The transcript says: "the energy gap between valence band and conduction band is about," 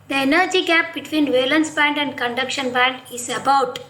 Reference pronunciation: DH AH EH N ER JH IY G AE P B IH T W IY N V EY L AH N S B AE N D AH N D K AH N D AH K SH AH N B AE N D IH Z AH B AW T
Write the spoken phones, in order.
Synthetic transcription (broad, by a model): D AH EH N ER JH IY G AE P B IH T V IY N V EY L AH N S B AE N D AH N D K AH N D AH K SH AH N B AE N D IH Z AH B AW T